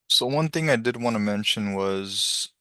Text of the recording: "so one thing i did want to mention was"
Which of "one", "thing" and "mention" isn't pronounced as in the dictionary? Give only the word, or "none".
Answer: none